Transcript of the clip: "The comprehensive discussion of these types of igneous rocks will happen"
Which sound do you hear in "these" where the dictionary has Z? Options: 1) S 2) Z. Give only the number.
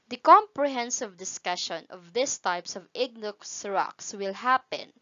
1